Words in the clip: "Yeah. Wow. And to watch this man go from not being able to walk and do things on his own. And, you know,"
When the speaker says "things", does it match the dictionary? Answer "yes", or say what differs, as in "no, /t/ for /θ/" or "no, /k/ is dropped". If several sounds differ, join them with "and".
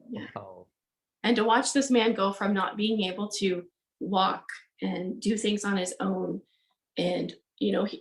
yes